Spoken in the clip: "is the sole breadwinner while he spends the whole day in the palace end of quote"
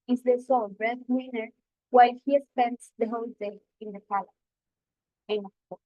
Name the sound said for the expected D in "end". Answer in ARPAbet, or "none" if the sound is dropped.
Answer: none